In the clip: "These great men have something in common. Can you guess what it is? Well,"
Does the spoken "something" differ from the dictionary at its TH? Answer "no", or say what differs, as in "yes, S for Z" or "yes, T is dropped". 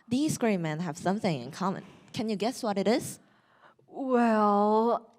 no